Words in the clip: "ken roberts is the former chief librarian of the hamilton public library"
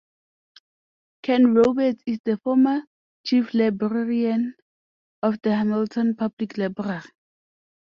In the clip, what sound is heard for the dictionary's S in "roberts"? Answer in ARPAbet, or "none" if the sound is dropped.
none